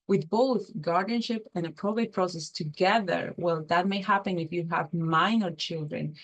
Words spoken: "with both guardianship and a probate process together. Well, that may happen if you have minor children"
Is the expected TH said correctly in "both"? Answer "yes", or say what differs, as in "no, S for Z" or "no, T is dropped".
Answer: yes